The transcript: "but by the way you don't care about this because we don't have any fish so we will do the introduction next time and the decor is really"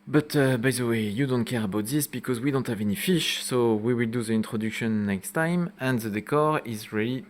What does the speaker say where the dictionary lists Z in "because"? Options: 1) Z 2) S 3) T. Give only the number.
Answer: 1